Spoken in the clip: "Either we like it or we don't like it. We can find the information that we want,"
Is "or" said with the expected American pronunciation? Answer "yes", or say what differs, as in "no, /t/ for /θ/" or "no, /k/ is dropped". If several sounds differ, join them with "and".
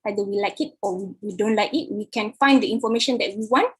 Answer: no, /w/ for /ɹ/